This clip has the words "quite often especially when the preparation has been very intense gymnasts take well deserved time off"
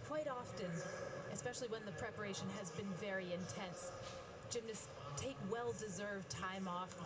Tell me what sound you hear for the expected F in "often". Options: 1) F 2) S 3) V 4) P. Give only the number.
1